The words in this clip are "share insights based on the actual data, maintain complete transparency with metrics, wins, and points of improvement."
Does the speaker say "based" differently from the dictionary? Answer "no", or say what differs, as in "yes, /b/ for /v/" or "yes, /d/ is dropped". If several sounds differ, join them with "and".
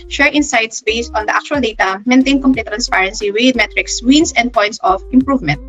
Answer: no